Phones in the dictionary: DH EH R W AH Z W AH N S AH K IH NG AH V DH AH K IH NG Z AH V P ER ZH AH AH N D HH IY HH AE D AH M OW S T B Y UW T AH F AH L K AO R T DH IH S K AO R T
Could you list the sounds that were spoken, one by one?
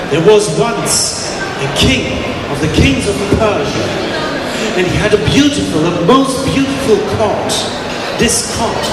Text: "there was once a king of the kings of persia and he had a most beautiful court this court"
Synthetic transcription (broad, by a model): DH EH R W AH Z W AH N S AH K IH NG AH V DH AH K IH NG Z AH V P ER ZH AH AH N D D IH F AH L AH M OW S T B Y UW T AH F AH L K AO R T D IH S K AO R T